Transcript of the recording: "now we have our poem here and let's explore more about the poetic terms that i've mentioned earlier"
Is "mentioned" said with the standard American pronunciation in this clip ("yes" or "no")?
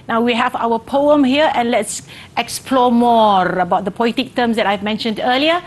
yes